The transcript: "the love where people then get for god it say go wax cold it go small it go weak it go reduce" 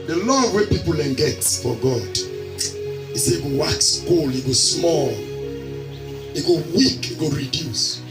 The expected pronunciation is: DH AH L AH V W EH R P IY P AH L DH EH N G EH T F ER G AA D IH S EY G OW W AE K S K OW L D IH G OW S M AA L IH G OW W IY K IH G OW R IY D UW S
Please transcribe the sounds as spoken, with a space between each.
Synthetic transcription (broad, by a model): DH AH L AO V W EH P IY P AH L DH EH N G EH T F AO G AA D IH S EY G OW W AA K S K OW L IH G OW S M AA L IH G OW W IY K IH G OW R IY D UW S